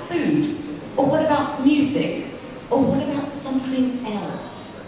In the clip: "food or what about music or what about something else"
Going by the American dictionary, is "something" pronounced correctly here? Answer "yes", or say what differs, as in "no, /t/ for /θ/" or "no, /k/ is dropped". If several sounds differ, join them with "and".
yes